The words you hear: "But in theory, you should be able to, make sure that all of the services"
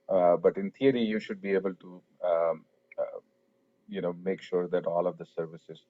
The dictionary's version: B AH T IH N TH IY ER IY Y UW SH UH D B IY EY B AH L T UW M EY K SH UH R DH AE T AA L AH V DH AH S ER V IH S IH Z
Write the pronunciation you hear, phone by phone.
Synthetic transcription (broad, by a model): B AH T IH N T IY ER IY Y UW SH UH D B IY EY B AH L T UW M EY K SH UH R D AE T AA L AH V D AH S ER V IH S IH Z